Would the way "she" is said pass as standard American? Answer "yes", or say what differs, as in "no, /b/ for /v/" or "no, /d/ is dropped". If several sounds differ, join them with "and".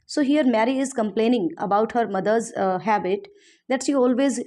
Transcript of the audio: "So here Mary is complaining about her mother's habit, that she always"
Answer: yes